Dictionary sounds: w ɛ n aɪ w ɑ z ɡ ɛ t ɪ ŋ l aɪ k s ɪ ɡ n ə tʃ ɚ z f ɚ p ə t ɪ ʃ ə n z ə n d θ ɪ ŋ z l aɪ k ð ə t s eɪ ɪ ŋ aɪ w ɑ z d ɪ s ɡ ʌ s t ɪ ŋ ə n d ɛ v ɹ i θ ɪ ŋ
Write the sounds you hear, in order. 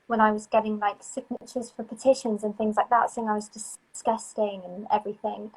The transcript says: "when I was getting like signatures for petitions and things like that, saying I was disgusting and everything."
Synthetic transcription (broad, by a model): w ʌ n aɪ w ɑ z ɡ ɛ t ɪ ŋ l aɪ k s ɪ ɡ n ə tʃ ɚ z f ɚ p ə t ɪ ʃ ə n z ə n θ ɪ ŋ z l aɪ k ð ə t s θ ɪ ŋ aɪ w ɑ z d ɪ s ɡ ʌ s t ɪ ŋ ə n ɛ v ɹ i θ ɪ ŋ